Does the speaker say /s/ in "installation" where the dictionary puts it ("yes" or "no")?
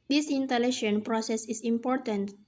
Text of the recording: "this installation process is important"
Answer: no